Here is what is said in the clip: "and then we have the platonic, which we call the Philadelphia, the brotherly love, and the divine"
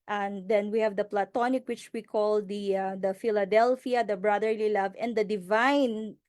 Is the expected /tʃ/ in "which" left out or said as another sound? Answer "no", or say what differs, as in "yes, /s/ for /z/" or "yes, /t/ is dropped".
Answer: no